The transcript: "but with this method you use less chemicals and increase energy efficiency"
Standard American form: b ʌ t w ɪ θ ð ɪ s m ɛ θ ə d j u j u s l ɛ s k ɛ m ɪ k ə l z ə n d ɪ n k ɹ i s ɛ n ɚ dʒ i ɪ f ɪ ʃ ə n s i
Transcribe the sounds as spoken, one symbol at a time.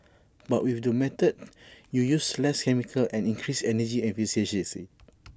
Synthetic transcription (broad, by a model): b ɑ t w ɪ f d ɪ m ɛ t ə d j u j u s l ɛ s k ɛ m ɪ k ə l ə n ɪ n k ɹ i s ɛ n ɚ dʒ i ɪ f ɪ s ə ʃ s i